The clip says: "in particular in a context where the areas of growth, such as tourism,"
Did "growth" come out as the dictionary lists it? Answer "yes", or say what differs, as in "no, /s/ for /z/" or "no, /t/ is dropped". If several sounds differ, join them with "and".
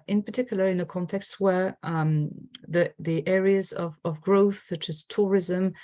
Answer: yes